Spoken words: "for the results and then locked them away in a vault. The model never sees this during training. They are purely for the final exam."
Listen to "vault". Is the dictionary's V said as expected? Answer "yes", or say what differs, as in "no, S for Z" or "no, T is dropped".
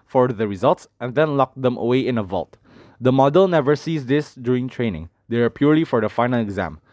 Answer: yes